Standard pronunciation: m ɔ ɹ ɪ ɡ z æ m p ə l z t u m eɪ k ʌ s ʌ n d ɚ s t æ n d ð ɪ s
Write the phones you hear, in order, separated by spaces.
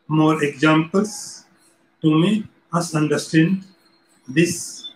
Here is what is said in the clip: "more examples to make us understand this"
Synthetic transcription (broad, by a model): m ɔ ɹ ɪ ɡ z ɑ m p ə l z t u m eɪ ʌ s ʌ n d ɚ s t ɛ n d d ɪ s